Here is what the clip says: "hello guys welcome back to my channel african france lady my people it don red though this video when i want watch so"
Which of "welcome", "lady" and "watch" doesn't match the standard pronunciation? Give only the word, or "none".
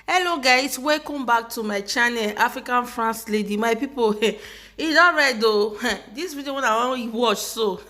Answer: welcome